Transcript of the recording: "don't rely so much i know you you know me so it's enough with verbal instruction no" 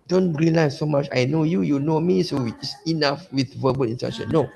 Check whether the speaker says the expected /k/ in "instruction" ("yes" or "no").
no